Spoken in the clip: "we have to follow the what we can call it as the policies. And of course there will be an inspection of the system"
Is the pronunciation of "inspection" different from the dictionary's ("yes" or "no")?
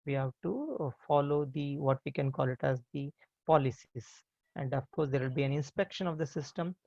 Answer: no